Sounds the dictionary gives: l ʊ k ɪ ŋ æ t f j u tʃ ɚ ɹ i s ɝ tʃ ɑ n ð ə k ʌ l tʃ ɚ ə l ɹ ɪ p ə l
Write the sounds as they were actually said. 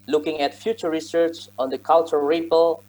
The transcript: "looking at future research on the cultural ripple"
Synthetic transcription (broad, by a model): l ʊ k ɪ ŋ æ t f j u tʃ ɚ ɹ i s ɝ tʃ ɑ n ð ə k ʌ l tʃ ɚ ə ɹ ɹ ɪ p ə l